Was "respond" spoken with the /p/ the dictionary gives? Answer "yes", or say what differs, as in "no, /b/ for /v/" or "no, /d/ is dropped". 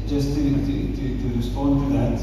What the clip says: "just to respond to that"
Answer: yes